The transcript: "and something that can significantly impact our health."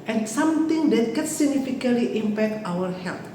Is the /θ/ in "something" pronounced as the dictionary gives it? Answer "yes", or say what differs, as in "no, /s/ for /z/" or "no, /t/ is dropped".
no, /t/ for /θ/